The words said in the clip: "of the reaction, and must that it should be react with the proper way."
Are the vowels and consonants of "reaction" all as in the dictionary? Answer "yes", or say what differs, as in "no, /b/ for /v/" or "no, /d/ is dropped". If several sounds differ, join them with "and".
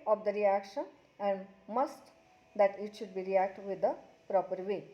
yes